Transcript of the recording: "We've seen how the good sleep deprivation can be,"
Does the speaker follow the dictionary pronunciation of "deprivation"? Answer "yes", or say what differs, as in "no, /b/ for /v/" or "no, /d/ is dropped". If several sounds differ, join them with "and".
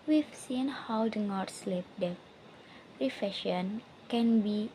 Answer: no, /f/ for /v/